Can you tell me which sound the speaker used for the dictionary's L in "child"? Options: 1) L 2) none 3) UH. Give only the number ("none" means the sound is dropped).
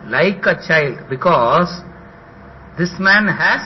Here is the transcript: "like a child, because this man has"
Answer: 1